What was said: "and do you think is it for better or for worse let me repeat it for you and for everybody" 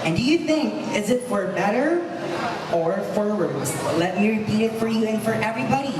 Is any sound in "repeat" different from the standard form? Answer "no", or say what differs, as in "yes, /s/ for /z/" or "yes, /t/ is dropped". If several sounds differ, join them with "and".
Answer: no